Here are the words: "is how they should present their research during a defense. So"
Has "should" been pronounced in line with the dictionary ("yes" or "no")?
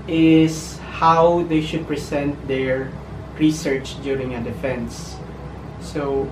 yes